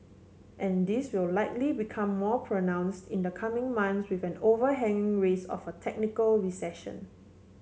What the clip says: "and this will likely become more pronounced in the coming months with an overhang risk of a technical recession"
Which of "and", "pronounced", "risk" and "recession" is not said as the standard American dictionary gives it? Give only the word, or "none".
risk